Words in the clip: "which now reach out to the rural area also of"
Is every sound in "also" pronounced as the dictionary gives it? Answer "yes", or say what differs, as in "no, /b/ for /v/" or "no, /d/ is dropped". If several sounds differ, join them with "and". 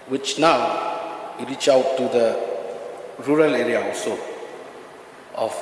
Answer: no, /l/ is dropped